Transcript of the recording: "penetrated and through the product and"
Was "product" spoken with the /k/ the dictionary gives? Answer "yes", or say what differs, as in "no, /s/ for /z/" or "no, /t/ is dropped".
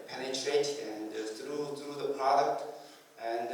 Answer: yes